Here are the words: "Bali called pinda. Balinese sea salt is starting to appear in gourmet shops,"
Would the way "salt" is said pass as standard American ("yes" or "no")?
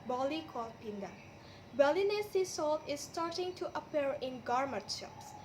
yes